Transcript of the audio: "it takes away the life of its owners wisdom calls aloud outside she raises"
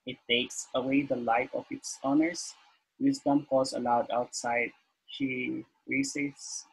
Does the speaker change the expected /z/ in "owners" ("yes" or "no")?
yes